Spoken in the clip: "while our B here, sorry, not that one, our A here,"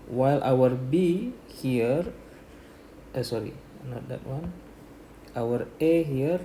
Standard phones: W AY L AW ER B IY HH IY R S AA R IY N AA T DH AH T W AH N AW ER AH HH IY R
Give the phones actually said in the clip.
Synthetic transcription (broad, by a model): W AY L AW ER B IY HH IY R S AA R IY N AA T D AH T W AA N AW ER AH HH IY R